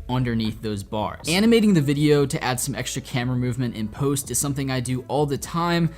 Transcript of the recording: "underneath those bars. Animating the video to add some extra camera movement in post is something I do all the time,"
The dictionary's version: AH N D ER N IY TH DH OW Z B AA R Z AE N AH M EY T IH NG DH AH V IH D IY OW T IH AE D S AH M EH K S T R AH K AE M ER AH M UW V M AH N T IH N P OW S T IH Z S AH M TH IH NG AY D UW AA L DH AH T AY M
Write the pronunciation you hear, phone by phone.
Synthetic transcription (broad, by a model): AH N D ER N IY TH DH OW Z B AA R Z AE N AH M EY T IH NG DH AH V IH D IY OW T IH AE D S AH M EH K S T R AH K AE M ER AH M UW V M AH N T IH N P OW S T IH Z S AH M TH IH NG AY D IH AA L DH AH T AY M